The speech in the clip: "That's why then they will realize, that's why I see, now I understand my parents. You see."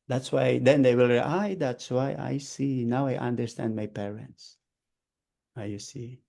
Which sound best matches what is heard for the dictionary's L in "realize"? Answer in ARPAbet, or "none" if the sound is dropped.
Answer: none